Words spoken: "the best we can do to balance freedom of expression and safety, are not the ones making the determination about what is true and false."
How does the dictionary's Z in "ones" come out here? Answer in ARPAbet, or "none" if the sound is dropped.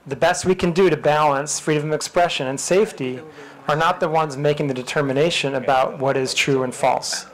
Z